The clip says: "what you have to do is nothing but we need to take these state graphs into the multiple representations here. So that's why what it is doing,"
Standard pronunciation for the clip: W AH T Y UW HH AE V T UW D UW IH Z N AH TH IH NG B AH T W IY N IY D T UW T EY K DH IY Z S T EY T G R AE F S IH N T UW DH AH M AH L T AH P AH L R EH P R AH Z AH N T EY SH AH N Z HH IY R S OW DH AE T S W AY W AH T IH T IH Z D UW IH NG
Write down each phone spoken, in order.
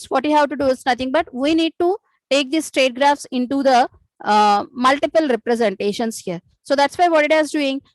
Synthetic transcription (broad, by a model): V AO T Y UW HH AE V T UW D UW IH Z N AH T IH NG B AH T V IY N IY D T UW T EY K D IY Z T T EY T G R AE F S IH N T UW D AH M AH L T AH P AH L R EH P R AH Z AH N T EY SH AH N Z HH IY R S OW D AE T S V AY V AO T IH T IH Z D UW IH NG